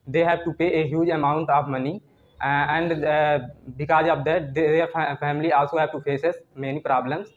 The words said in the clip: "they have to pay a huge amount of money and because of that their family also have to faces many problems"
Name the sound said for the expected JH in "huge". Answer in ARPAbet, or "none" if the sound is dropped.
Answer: JH